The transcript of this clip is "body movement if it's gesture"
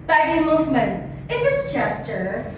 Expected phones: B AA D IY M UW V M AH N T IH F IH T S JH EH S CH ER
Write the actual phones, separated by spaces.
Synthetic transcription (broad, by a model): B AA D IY M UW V M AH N IH F IH T S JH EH S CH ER